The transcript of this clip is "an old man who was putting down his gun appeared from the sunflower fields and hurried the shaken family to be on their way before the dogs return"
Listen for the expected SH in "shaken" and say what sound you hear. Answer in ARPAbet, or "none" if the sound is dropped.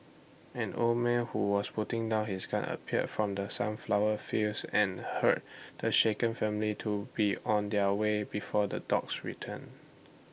SH